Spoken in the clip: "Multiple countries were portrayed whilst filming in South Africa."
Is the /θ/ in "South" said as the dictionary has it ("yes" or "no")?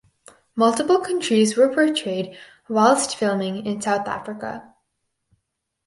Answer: yes